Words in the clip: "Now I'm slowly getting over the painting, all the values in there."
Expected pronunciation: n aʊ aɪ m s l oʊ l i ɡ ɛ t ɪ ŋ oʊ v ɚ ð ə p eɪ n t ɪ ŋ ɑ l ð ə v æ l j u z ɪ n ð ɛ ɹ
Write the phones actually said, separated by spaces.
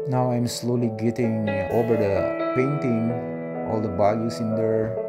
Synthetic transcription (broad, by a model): n aʊ aɪ m s l oʊ l i ɡ ɛ t ɪ ŋ oʊ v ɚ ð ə p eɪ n t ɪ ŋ ɑ l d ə b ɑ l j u s ɪ n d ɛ ɹ